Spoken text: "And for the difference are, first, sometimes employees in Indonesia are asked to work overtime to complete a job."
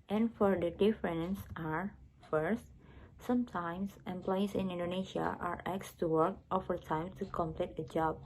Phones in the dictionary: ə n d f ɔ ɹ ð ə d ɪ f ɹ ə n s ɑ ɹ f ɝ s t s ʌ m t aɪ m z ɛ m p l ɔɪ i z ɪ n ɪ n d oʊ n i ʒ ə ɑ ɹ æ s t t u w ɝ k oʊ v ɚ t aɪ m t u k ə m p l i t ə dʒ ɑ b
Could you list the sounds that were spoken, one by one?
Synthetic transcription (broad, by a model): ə n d f ɔ ɹ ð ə d ɪ f ɹ ə n s ɑ ɹ f ɝ s t s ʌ m t aɪ m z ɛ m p l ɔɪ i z ɪ n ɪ n d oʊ n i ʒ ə ɑ ɹ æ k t t u w ɝ k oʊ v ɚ t aɪ m t u k ə m p l i t ə dʒ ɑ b